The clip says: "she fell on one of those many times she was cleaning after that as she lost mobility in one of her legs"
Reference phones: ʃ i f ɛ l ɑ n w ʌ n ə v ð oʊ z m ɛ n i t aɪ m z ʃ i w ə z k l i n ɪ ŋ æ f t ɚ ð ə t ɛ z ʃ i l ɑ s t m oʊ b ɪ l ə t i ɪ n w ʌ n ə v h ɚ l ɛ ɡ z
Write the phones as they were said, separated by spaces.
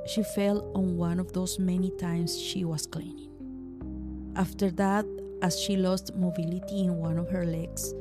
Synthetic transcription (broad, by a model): ʃ i f ɛ l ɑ n w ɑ n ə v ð oʊ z m ɛ n i t aɪ m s ʃ i w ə s k l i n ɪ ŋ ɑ f t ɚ ð ə t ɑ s ʃ i l ɑ s t m oʊ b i l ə t i ɪ n w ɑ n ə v h ɚ l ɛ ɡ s